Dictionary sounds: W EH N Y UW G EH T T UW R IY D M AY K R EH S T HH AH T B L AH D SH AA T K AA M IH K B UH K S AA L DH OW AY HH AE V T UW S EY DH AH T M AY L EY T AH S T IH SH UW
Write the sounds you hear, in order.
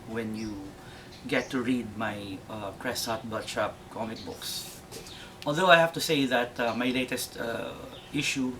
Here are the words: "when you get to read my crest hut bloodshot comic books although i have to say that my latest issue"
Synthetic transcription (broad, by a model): W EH N Y UW G EH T T UW R IY D M AY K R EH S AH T B AH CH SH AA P K AA M IH K B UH K S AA L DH OW AY HH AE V T UW S EY DH AH T M AY L EY T AH S T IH SH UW